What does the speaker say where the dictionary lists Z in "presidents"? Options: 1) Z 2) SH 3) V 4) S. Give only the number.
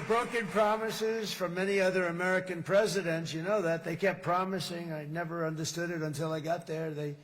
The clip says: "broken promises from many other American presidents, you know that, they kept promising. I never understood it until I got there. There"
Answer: 1